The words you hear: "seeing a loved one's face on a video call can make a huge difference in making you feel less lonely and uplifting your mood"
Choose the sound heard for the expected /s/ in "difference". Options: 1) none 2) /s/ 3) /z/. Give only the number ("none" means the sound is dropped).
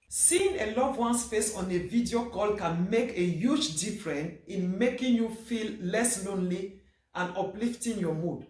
1